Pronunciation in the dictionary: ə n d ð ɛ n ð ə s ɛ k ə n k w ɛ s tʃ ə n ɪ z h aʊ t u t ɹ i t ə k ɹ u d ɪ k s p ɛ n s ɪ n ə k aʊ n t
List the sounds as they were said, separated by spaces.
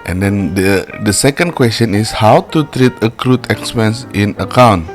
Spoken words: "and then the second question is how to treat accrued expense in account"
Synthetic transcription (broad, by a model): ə n d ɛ n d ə s ɛ k ə n k w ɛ s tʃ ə n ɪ s h aʊ t u t ɹ i t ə k ɹ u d ɪ k s p ɛ n s ɪ n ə k aʊ n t